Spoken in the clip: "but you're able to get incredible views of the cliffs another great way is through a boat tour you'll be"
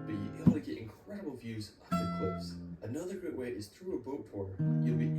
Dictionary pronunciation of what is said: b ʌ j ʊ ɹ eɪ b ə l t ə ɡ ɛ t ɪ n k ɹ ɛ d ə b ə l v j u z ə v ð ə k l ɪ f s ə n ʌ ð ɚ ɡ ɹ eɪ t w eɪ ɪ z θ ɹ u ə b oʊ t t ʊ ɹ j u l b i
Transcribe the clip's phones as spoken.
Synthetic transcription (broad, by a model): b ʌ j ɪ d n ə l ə ɡ ɛ t ɪ n k ɹ ɛ d ə b ə l v j u z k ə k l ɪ s ə n ʌ ð ɚ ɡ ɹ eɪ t w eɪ ɪ z θ ɹ u ə b oʊ t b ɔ ɹ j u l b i